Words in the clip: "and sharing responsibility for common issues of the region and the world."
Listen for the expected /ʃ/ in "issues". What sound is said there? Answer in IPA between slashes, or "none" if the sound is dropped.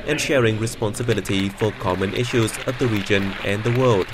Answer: /ʃ/